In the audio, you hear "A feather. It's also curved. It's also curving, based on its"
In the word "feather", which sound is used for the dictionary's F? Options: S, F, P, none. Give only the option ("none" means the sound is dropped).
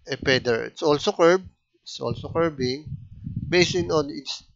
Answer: P